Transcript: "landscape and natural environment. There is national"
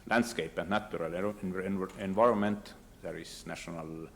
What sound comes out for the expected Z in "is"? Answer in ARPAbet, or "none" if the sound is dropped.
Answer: S